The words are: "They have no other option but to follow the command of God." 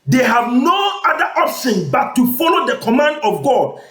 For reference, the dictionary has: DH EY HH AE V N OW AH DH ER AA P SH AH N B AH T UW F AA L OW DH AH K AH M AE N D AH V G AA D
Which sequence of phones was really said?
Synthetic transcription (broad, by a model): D EY HH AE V N OW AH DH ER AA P S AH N B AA T UW F AA L OW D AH K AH M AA N D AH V G AA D